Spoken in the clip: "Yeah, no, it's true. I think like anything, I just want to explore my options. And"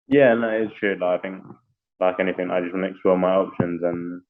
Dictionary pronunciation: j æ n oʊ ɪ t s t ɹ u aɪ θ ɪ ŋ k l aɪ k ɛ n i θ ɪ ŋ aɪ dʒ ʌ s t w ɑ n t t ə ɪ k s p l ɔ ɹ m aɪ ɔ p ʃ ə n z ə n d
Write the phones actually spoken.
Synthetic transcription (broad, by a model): j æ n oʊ ɪ t s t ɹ u aɪ θ ɪ ŋ k l aɪ k ɛ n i θ ɪ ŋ aɪ dʒ ʌ s t w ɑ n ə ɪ k s p l ɔ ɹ m aɪ ɔ p ʃ ə n z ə n